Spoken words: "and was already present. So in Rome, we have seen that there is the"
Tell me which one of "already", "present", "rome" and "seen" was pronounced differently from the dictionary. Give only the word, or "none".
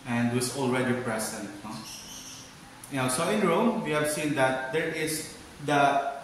present